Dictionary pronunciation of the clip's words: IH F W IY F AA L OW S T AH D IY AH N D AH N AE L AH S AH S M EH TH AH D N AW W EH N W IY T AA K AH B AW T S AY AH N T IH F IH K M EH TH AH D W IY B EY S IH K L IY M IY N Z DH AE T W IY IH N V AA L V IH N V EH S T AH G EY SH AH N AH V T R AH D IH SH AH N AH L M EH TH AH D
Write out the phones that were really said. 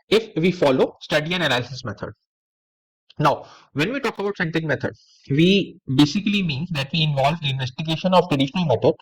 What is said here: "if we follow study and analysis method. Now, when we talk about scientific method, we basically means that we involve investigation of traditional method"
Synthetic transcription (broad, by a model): IH F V IY F AA L OW S T AH D IY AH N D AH L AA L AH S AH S M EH T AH D N AW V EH N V IY T AA K AH B AW T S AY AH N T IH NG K M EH T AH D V IY B EY S IH K L IY M IY N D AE T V IY IH N V AA L V IH N V EH S T AH G EY SH AH N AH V T R AH D IH SH AH N AH L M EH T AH